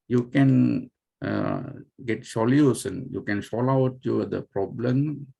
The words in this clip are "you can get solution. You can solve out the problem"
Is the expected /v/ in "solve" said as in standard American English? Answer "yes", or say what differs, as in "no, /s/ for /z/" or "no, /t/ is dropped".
no, /v/ is dropped